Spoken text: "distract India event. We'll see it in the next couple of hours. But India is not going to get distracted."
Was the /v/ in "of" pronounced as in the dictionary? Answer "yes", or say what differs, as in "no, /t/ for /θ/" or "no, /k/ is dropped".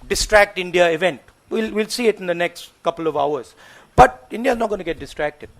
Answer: yes